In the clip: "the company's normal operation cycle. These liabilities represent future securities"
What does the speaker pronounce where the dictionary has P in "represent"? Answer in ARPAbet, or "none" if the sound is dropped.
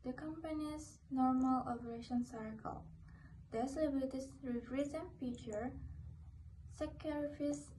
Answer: F